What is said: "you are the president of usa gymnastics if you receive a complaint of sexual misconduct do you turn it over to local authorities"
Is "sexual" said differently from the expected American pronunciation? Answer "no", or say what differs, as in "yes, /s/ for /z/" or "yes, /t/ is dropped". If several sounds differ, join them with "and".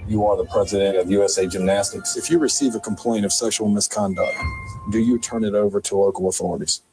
yes, /k/ is dropped